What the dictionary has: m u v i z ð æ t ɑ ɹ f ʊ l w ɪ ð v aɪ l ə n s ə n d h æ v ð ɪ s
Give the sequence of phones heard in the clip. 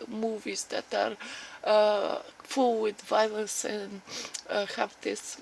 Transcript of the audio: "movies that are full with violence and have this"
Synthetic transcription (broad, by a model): m u v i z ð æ t ɑ ɹ f ʊ l w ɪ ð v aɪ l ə s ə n h æ v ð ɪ s